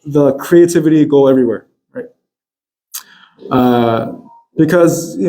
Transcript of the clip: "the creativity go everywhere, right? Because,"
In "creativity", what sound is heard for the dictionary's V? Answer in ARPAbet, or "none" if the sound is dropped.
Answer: V